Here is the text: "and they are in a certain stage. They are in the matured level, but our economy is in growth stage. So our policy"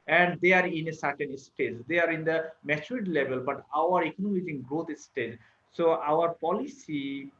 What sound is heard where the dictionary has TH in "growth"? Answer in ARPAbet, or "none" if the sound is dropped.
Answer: T